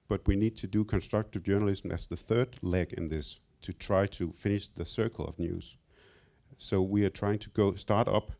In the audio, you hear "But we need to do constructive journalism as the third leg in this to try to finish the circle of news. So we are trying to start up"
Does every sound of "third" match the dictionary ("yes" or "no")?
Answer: yes